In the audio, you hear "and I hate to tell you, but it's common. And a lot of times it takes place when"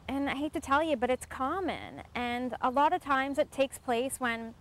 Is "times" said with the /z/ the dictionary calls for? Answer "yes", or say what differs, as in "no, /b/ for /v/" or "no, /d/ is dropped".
yes